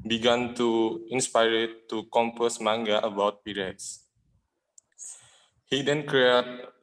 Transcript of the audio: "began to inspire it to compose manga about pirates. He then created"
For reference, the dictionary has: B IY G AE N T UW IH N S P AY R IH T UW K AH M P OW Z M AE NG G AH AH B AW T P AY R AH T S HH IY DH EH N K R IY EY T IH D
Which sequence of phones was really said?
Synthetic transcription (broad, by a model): B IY G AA N T UW IH N S P AY R IH T UW K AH M P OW S M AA NG G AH AH B AW T P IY R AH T S HH IY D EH N K R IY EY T